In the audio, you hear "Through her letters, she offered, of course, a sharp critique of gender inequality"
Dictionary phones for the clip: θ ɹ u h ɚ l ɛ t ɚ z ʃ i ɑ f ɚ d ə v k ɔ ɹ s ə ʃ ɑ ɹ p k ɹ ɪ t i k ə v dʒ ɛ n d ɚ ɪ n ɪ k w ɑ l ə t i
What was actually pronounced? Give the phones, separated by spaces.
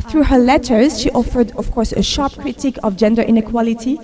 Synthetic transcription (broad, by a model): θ ɹ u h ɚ l ɛ t ɚ z ʃ i ɑ f ɚ d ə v k ɔ ɹ s ə ʃ ɑ ɹ p k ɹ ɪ t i k ə v dʒ ɛ n d ɚ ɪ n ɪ k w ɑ l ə t i